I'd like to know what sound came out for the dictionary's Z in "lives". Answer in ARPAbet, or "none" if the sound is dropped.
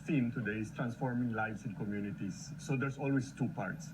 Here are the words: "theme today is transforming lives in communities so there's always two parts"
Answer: S